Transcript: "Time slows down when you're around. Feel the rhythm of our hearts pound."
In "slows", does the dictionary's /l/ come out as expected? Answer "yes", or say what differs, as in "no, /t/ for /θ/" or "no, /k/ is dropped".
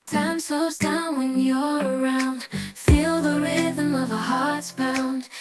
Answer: no, /l/ is dropped